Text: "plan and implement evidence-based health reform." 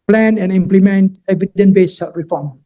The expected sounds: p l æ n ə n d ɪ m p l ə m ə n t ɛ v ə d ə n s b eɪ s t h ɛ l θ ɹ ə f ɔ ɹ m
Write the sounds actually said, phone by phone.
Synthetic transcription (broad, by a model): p l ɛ n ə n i m p l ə m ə n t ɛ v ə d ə n b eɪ s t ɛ ɹ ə f ɔ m